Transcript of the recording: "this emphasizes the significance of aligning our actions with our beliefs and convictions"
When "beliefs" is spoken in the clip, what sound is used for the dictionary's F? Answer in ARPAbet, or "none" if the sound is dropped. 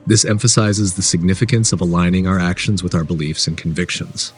F